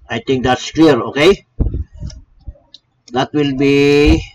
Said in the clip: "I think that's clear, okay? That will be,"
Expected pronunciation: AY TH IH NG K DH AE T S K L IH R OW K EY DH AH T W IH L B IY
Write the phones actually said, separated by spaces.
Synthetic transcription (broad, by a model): AY T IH NG K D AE T S K L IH R OW K EY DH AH T W IH L B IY